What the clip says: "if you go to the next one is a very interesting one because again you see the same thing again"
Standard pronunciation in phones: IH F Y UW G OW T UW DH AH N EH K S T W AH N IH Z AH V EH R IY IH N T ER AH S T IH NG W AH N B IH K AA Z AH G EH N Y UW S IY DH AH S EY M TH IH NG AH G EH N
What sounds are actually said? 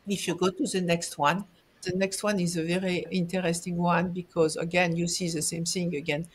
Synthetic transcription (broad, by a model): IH F Y UW G OW T UW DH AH N EH K S T W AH N IH Z AH V EH R IY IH N T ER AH S T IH NG W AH N B IH K AA Z AH G EH N Y UW S IY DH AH S EY M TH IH NG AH G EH N